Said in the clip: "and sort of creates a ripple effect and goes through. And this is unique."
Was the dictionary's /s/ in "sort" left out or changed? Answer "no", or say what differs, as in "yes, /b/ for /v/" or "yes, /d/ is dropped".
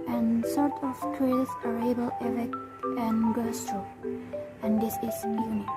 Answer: no